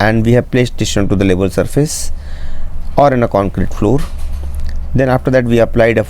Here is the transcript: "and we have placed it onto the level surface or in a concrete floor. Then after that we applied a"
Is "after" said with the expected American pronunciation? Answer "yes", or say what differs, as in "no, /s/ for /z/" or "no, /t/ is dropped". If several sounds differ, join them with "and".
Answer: yes